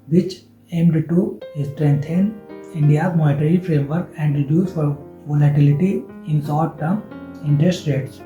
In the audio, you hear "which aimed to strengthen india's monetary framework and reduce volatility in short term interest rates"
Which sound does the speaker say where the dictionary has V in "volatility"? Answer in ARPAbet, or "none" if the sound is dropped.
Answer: F